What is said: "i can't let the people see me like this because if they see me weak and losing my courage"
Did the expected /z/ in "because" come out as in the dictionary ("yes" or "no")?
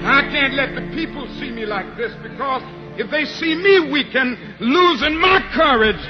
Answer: yes